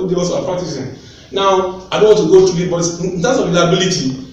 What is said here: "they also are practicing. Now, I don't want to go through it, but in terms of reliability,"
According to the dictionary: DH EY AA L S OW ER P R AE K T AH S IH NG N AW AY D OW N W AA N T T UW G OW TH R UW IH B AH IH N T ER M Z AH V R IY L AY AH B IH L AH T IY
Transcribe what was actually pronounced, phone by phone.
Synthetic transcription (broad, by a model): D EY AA S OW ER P R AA K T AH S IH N N AW AY D OW N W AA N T T UW G OW T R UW IH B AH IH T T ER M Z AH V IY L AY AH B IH L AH T IY